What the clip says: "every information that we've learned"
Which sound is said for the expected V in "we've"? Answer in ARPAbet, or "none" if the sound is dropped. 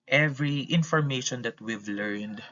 V